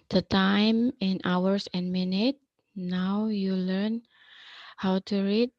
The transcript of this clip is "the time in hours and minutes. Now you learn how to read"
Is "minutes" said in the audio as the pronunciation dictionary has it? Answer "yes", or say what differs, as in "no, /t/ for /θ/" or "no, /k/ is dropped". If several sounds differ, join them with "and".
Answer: no, /s/ is dropped